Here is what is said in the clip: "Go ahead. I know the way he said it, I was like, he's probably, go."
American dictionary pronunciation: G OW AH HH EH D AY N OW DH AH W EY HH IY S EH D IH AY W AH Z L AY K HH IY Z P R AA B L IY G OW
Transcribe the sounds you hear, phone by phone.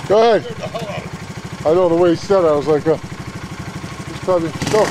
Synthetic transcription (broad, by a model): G OW AH HH EH D AY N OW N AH W EY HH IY S EH D IH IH W AH Z L AY K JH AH S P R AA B IY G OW